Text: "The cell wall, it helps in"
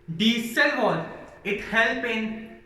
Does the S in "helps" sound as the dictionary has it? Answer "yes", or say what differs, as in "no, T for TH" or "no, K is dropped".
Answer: no, S is dropped